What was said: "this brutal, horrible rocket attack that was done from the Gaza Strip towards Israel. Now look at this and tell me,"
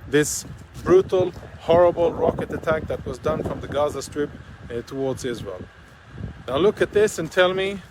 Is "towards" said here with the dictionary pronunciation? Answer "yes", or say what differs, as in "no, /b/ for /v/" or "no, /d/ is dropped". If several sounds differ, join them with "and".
yes